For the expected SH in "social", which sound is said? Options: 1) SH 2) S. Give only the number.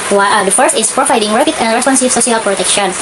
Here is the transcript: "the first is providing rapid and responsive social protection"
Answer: 2